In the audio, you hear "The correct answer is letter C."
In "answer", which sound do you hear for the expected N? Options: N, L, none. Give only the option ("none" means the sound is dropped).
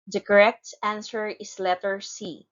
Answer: N